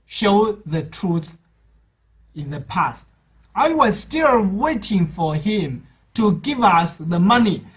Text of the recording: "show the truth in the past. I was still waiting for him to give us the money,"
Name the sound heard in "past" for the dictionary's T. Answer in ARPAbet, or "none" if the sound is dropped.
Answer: T